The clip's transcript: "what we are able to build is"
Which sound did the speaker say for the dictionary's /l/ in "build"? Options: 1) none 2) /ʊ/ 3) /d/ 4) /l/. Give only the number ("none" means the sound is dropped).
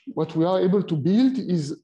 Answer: 4